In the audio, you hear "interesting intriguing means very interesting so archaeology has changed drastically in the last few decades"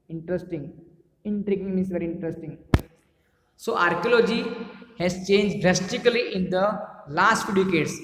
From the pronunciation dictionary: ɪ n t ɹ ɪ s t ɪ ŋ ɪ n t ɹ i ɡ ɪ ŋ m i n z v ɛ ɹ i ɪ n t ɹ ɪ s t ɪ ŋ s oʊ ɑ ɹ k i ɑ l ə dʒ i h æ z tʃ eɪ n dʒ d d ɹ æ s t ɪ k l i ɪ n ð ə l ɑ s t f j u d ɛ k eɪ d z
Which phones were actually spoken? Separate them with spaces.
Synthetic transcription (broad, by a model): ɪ n t ɹ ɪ s t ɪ ŋ ɪ n t ɹ i ɡ ɪ ŋ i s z v ɛ ɹ i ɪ n t ɹ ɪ s t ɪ ŋ s oʊ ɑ ɹ k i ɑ l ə dʒ i h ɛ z tʃ eɪ n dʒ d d ɹ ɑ s t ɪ k l i ɪ n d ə l ɑ s t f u d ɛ k eɪ d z